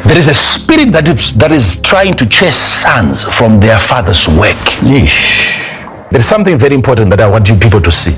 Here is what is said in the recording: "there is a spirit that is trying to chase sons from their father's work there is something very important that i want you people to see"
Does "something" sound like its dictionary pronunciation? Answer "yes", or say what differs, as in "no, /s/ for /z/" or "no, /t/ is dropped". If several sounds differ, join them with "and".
yes